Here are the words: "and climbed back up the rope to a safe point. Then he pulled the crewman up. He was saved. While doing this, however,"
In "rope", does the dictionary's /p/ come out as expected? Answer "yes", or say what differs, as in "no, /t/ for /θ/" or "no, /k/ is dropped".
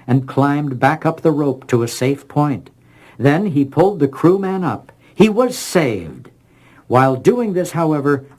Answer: yes